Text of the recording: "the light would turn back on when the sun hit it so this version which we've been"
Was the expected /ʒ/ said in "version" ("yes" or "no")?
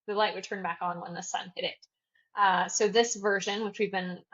yes